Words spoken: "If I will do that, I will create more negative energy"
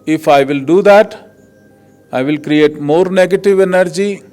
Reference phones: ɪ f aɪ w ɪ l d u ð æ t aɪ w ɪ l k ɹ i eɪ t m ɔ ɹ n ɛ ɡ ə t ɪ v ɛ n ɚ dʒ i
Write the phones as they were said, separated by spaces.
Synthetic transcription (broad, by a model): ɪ f aɪ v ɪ l d u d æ t aɪ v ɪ l k ɹ i eɪ t m ɔ ɹ n ɛ ɡ ə t ɪ v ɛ n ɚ dʒ i